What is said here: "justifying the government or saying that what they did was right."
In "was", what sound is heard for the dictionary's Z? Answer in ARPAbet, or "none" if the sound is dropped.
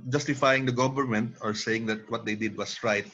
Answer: S